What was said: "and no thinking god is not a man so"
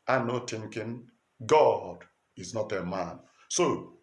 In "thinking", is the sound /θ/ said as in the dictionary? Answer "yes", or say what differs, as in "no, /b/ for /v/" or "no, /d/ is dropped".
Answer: no, /t/ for /θ/